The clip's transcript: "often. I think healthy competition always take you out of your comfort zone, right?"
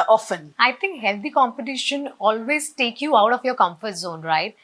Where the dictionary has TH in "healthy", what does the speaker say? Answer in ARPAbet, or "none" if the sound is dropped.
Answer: T